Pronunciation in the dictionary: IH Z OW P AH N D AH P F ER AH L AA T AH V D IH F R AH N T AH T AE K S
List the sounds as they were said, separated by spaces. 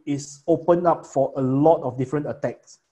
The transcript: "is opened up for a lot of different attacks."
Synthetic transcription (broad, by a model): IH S OW P AH N AA P F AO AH L AA T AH F D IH F R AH N T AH T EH K S